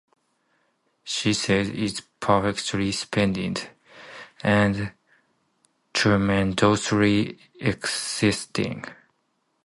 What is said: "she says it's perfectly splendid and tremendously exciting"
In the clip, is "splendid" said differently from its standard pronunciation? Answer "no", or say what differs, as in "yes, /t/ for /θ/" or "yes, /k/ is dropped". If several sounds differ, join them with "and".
yes, /l/ is dropped